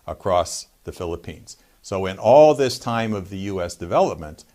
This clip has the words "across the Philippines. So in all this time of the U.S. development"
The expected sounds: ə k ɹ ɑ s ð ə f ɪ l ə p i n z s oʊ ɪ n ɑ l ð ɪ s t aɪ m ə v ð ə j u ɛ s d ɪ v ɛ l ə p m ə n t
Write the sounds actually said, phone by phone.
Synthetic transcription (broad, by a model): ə k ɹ ɑ s ð ə f ɪ l ə p i n z s oʊ ɪ n ɑ l ð ɪ s t aɪ m ə v ð ə j u ɛ s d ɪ v ɛ l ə p m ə n t